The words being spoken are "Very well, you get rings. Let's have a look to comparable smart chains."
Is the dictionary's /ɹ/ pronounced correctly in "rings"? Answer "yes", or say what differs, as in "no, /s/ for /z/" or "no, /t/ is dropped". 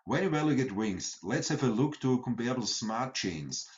no, /w/ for /ɹ/